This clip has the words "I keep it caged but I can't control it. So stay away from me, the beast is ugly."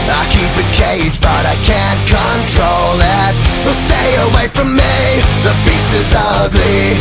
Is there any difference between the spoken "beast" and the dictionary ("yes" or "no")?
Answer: yes